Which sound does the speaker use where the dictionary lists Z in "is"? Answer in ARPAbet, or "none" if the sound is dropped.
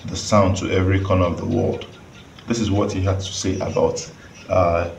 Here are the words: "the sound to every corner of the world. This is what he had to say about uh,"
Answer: Z